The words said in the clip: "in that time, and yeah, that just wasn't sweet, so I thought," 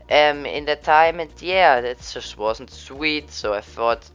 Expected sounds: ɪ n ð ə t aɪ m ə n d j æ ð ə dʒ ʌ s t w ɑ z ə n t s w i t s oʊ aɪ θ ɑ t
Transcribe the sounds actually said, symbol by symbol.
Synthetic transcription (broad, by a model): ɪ n ð ə t aɪ m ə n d j æ ð ə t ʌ s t w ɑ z n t s w i t s oʊ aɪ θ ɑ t